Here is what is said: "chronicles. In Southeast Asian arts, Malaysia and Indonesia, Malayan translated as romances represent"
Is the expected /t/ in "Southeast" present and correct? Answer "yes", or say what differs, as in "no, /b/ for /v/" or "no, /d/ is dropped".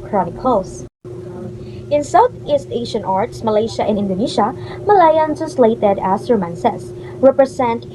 yes